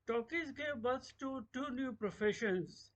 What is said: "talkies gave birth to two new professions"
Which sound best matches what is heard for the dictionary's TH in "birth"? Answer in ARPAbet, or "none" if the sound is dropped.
S